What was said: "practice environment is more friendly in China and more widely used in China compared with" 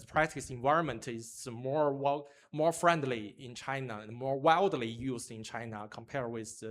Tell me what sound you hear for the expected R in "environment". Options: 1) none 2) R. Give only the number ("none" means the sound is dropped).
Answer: 2